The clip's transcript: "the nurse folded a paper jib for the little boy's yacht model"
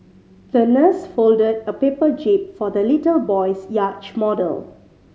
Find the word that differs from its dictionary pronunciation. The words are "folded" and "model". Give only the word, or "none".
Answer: none